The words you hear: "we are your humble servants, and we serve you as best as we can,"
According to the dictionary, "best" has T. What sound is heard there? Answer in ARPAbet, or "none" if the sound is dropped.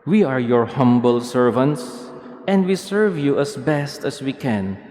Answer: T